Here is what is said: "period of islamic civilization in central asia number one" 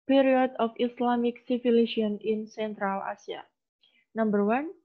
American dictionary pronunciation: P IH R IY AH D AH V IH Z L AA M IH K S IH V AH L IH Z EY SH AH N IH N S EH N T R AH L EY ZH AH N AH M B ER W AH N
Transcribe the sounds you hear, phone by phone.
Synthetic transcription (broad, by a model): P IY R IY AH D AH F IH S L AA M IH K S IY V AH L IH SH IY AH N IH N S EH N T R AH L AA S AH N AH M B ER W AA N